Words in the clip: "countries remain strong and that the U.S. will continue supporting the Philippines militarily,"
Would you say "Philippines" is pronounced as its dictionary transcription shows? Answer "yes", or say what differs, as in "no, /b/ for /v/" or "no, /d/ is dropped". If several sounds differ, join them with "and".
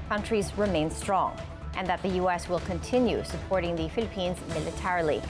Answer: yes